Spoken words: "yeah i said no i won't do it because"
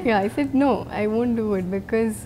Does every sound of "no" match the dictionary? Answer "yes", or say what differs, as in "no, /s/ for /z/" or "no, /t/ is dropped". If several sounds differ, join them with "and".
yes